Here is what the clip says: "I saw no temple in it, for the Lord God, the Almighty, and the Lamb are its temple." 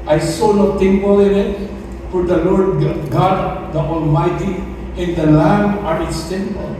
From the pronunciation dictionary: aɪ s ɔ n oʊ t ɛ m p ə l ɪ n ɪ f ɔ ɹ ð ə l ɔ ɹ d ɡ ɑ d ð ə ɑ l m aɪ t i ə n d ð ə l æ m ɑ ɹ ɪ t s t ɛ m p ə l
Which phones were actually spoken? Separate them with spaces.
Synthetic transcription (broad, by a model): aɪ s ɔ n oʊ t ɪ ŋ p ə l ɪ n ɪ p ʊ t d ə l ɔ ɹ d ɡ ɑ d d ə ɑ l m aɪ t i ə n d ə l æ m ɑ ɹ ɪ t s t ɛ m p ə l